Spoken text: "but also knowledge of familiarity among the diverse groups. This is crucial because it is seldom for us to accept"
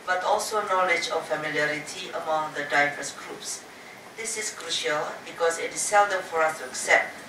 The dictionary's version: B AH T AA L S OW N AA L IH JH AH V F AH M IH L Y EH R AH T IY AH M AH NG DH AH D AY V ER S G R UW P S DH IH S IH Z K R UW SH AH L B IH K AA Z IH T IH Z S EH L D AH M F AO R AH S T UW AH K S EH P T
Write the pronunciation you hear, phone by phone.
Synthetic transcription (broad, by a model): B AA T AA L S OW N AA L IH JH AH F F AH M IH L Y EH R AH T IY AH M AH NG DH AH D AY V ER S G R UW P S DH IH S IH S K R UW SH AH L B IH K AA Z IH T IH S EH L D AH M F AO R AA S T UW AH K S EH P T